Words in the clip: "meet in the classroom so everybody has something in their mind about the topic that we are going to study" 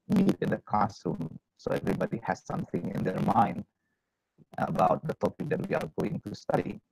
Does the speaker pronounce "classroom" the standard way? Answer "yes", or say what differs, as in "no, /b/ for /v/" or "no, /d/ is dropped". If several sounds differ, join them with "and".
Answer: no, /l/ is dropped and /ɹ/ is dropped